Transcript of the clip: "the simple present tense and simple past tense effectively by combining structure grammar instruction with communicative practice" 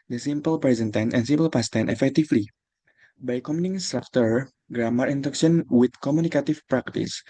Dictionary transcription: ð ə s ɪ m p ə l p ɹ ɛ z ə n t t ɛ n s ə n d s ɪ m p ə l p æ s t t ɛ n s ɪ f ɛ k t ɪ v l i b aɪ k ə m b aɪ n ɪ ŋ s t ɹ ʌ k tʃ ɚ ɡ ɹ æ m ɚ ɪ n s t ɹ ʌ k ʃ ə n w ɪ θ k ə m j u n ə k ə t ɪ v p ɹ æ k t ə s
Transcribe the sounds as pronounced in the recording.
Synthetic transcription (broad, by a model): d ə s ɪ m p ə l p ɹ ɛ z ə n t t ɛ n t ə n s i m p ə l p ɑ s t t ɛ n ɪ f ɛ k t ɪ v l i b aɪ k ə m i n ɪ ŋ s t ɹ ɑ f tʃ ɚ ɡ ɹ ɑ m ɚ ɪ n t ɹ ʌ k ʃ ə n w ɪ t k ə m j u n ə k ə t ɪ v p ɹ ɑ k t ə s